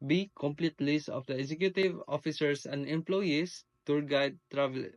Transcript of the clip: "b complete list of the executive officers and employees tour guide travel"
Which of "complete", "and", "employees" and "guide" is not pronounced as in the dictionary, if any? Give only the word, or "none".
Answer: employees